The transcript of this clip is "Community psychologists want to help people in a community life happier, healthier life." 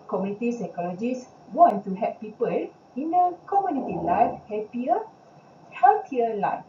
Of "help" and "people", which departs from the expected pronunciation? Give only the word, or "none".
help